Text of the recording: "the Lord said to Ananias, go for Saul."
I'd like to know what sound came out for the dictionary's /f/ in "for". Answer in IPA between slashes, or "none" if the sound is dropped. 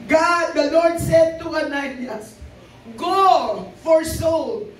/f/